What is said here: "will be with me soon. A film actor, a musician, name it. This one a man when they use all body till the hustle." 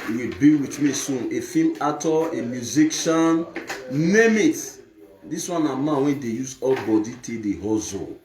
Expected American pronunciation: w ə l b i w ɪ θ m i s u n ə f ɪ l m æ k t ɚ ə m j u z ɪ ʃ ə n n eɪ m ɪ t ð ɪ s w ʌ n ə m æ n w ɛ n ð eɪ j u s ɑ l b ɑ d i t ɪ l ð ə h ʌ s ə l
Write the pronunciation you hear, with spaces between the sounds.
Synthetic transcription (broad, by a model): w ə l b i w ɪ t m i s u n ə f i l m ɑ t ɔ ə m j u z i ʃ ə n n eɪ m ɪ t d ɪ s w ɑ n ə m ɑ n w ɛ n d eɪ j u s ɑ l b ɑ d i t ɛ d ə h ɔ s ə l